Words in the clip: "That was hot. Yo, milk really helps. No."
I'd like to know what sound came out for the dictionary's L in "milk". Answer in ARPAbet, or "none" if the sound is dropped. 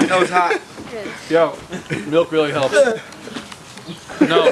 L